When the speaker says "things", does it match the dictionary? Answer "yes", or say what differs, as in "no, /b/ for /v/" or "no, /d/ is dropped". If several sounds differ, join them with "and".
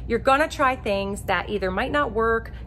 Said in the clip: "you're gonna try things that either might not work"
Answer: yes